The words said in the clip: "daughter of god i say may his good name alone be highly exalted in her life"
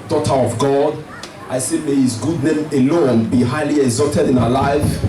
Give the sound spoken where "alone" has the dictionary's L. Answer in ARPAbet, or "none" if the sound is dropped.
L